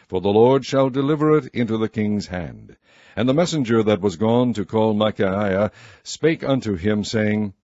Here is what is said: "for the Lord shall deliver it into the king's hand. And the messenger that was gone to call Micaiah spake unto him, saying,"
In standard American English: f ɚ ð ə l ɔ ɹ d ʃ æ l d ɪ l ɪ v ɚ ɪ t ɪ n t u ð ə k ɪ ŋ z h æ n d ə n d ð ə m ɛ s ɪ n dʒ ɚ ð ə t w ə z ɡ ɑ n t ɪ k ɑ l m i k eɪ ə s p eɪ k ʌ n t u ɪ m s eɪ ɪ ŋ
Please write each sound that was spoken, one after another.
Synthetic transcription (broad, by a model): f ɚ ð ə l ɔ ɹ d ʃ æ l d ɪ l ɪ v ɚ ɪ t ɪ n t u ð ə k ɪ ŋ z h æ n d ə n ð ə m ɛ s ɪ n dʒ ɚ ð ə t w ə z ɡ ɑ n t ɪ k ɑ l m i k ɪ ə s p eɪ k ʌ n t u ɪ m s eɪ ɪ ŋ